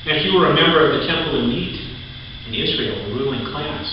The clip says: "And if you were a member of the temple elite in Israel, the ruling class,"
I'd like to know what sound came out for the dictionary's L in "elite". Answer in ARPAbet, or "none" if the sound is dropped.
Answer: N